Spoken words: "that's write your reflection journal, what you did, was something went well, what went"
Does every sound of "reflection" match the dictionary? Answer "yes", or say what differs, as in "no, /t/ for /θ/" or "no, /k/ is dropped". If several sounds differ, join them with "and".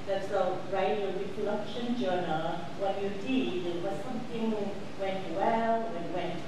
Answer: no, /f/ is dropped